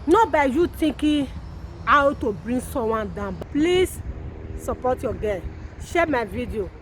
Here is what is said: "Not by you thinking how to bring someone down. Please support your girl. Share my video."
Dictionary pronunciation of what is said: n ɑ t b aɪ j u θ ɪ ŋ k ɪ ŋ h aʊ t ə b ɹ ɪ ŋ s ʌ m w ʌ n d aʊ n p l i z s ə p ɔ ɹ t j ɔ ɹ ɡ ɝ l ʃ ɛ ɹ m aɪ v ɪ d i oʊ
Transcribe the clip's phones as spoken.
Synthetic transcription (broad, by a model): n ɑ b aɪ j u t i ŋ k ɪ h aʊ t ə b ɹ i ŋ s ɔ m w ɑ n d aʊ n p l i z s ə p ɔ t j ɔ ɡ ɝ n ʃ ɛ m aɪ v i d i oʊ